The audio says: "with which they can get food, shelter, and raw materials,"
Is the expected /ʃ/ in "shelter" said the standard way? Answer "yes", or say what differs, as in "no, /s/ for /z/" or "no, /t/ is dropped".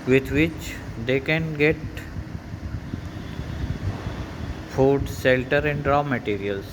no, /s/ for /ʃ/